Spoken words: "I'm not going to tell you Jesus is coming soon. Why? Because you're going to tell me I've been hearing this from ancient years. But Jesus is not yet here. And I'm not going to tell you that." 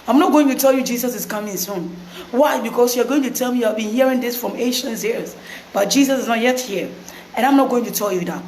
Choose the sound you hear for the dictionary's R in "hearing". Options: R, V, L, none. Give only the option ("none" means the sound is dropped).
R